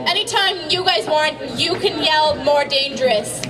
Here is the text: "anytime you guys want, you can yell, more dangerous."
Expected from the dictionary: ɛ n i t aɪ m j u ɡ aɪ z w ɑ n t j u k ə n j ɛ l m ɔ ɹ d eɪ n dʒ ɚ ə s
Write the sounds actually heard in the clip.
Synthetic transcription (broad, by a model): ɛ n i t aɪ m j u ɡ aɪ z w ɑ n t j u k ə n j ɛ l m ɔ ɹ d eɪ n dʒ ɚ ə s